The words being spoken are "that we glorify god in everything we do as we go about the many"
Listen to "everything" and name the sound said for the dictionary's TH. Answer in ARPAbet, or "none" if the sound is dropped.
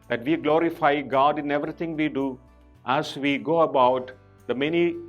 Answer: T